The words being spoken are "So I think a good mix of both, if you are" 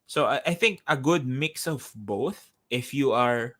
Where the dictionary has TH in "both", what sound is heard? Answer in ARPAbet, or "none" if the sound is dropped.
TH